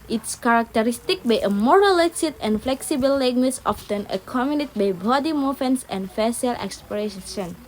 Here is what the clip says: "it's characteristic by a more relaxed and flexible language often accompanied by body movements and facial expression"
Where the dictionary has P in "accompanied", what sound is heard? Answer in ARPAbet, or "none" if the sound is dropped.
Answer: none